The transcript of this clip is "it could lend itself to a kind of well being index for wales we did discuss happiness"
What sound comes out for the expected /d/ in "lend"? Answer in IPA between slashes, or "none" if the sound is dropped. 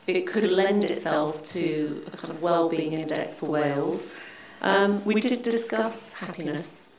/d/